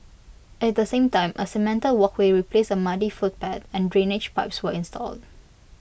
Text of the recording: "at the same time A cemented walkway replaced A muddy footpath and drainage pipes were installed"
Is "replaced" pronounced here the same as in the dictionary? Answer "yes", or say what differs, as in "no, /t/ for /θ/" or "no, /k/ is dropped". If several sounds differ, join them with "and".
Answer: no, /t/ is dropped